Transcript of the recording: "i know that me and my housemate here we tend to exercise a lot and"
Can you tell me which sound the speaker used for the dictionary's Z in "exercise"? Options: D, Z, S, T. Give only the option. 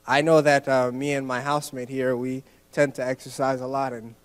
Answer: Z